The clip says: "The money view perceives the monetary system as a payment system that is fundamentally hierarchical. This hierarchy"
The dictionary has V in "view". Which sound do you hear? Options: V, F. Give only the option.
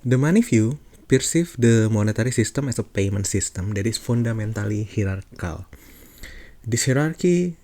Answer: F